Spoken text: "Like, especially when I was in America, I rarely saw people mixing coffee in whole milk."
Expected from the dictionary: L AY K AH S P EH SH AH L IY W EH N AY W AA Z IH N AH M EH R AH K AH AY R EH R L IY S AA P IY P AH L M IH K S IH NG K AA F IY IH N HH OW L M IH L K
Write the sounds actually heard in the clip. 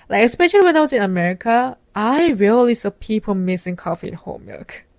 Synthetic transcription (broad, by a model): L AY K AH S P EH SH AH L IY W EH N AY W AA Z IH N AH M EH R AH K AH AY R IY L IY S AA P IY P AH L M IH S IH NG K AA F IY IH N HH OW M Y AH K